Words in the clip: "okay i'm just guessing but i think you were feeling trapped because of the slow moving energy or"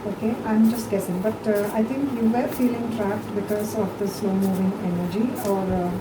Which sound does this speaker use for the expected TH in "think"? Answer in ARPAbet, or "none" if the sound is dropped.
T